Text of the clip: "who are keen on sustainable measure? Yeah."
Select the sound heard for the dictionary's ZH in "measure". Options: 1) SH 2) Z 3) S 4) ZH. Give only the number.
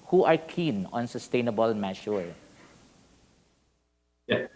1